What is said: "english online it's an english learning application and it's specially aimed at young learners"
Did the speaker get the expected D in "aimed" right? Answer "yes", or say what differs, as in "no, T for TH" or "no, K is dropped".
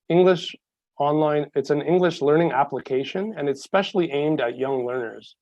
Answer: yes